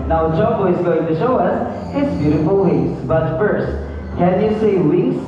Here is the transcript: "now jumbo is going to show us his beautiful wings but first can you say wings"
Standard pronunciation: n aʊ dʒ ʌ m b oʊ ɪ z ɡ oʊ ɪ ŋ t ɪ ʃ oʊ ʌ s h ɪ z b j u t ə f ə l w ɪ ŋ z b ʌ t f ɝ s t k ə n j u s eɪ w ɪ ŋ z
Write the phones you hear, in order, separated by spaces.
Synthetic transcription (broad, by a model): n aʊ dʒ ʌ b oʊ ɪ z ɡ oʊ ɪ ŋ t ɪ ʃ oʊ ʌ s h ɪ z b j u t ə f ə l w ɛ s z b ʌ t f ɝ s t k ə n j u s eɪ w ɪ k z